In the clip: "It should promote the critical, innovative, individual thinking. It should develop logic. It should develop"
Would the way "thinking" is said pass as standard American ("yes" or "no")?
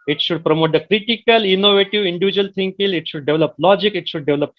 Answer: no